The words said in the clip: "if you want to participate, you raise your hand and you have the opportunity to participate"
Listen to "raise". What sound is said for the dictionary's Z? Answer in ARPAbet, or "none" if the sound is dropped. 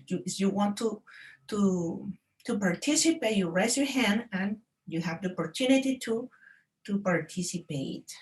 S